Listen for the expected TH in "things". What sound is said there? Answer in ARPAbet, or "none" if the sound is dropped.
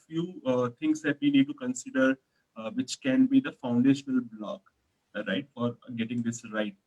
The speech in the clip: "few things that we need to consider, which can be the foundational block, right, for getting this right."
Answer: T